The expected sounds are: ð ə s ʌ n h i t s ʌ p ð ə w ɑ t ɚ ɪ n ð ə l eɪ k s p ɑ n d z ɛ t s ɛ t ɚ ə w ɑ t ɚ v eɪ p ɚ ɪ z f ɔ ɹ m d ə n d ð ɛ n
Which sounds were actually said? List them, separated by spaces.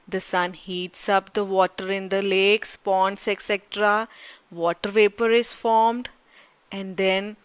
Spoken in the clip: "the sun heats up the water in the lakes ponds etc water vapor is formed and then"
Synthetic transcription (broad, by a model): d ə s ʌ n h i t s ʌ p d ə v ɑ t ɚ ɪ n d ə l eɪ k s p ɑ n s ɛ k s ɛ t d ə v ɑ t ɚ v eɪ p ɚ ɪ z f ɔ ɹ m d ə n d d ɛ n